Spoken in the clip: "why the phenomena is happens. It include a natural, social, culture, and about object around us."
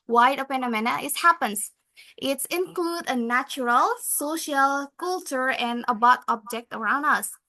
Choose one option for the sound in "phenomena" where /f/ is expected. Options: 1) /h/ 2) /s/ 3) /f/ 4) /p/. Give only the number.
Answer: 4